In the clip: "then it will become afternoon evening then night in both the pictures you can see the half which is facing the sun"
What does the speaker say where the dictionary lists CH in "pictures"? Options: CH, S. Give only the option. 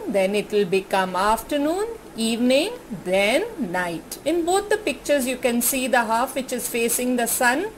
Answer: CH